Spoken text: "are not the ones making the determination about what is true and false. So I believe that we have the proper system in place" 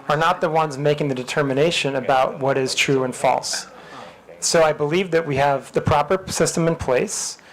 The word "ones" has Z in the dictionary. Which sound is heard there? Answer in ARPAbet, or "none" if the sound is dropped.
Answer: Z